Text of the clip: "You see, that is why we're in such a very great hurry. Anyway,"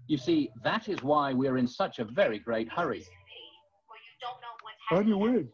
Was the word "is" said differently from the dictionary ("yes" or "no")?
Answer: no